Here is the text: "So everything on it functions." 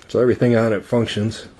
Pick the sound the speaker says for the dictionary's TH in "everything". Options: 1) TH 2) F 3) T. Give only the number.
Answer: 1